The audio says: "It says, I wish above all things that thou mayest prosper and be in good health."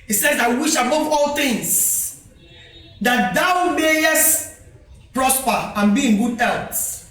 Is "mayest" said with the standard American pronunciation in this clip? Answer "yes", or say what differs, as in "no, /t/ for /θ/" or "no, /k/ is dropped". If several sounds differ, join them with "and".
yes